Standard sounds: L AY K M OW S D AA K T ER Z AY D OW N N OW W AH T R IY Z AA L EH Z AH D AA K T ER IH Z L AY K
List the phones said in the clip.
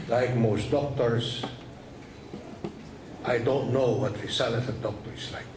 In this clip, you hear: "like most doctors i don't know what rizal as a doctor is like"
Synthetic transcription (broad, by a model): L AY K M OW S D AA K T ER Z AY D OW N N OW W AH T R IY S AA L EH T AH D AA K T ER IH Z L AY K